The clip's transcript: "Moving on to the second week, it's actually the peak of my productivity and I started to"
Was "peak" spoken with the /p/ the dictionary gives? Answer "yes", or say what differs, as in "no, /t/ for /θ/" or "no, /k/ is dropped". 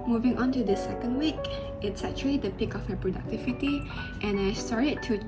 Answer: yes